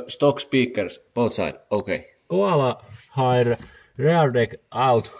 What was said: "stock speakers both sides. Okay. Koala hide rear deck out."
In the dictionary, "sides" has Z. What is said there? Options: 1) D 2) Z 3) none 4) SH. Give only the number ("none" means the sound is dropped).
3